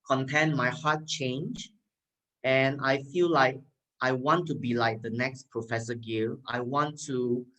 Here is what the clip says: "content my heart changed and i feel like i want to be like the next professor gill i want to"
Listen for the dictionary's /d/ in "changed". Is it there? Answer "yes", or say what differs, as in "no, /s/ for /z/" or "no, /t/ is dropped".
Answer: no, /d/ is dropped